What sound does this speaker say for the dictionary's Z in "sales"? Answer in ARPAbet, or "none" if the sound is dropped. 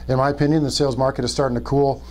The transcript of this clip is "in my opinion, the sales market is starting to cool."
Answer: Z